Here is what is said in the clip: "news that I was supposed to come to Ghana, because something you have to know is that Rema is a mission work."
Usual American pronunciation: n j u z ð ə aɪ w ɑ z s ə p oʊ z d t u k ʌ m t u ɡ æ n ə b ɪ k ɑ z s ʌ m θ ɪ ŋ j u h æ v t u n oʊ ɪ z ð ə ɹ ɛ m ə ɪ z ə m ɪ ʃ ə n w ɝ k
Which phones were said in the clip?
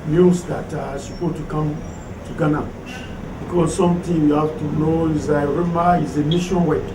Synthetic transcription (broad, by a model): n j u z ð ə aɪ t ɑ s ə p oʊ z t u k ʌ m t u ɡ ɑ n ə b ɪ k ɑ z s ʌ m t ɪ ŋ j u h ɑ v t u n oʊ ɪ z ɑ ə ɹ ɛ m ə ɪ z ə m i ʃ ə n w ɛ